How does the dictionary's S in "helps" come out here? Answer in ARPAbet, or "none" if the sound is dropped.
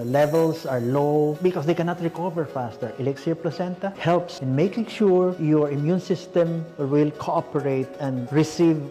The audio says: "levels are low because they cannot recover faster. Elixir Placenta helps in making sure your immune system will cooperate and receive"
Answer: S